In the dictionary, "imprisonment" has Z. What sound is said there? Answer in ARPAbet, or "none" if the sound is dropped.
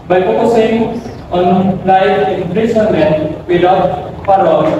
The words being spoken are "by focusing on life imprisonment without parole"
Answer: S